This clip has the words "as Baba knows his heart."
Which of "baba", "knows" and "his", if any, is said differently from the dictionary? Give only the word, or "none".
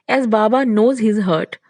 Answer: none